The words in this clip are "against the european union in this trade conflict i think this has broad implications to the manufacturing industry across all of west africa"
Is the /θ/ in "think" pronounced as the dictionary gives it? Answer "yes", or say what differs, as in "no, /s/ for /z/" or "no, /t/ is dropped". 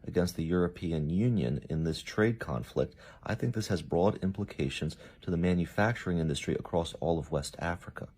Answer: yes